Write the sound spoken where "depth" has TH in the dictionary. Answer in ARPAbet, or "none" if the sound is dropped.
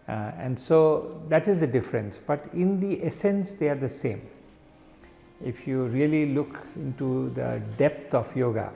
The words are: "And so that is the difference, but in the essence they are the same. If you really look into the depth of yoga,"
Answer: T